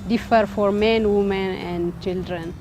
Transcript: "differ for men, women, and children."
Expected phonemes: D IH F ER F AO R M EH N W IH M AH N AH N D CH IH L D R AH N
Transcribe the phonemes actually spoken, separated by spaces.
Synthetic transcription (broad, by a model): D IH F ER F AO R M EH N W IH M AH N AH N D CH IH L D R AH N